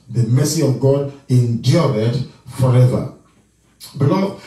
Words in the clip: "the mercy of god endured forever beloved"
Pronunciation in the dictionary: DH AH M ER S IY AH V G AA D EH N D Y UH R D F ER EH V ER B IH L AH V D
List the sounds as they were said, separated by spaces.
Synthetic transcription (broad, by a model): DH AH M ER S IY AH V G AA D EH N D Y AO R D F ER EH V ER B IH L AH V